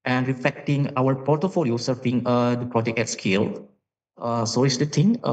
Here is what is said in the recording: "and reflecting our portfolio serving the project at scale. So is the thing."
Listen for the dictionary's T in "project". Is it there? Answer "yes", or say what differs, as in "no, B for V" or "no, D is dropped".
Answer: no, T is dropped